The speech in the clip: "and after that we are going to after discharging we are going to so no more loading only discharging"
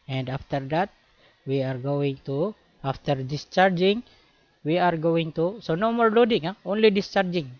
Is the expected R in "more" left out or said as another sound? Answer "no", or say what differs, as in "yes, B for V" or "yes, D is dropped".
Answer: yes, L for R